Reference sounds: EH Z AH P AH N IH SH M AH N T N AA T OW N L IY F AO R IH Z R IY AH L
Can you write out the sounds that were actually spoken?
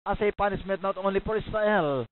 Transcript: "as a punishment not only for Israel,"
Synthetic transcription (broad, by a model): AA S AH P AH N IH S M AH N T N AA T OW N L IY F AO R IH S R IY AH L